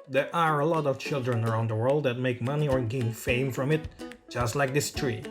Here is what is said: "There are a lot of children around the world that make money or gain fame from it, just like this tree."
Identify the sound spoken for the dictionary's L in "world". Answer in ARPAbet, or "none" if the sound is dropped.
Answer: L